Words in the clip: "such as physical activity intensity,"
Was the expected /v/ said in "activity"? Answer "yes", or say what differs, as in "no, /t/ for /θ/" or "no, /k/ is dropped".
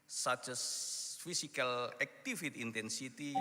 no, /f/ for /v/